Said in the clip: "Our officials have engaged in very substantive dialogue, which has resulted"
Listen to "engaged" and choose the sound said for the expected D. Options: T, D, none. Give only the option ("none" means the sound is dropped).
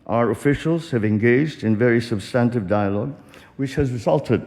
D